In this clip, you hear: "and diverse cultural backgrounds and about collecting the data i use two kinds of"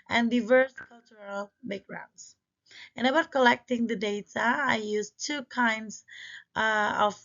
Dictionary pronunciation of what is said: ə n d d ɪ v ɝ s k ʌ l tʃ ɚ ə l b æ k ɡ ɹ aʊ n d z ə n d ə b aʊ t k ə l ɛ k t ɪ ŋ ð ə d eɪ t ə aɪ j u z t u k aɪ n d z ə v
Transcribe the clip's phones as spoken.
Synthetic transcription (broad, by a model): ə n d d ɪ v ɝ s k ʌ l tʃ ɚ ə l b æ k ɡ ɹ aʊ n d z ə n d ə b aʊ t k ə l ɛ k t ɪ ŋ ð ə d eɪ t ə aɪ j u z t u k aɪ n d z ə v